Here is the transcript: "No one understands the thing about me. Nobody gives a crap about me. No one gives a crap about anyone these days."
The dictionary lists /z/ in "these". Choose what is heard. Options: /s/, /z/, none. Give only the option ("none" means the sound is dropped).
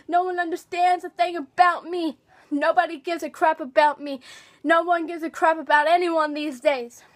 /z/